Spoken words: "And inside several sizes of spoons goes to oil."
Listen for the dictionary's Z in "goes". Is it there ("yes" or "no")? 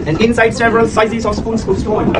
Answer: no